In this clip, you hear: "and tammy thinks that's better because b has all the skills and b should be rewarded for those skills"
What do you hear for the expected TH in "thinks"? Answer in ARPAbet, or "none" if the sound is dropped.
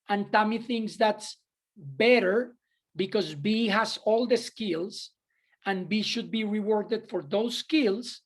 TH